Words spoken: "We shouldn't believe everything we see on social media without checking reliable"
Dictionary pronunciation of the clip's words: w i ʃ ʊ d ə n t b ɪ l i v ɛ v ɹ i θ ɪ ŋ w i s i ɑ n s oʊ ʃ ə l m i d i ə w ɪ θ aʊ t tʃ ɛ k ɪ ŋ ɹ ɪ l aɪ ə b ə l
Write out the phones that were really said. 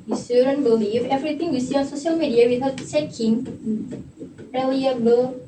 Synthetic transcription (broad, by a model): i s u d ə n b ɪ l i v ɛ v ɹ i t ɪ ŋ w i s i ɑ n s oʊ ʃ ə l m i d i ə w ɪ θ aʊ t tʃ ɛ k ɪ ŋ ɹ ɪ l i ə b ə l